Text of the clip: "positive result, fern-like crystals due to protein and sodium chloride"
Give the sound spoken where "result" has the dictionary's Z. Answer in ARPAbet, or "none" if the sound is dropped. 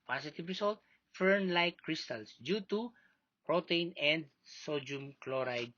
S